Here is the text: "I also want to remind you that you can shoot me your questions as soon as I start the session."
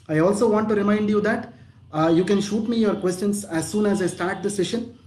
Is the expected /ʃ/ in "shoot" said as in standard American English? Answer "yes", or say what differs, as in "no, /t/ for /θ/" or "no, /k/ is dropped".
yes